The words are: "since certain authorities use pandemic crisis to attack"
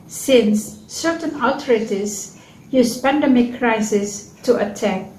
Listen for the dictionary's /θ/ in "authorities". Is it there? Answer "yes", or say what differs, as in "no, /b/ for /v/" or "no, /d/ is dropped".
no, /t/ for /θ/